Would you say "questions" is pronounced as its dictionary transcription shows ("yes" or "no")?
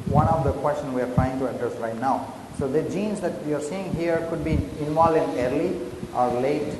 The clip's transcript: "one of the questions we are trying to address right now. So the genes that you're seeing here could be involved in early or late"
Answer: no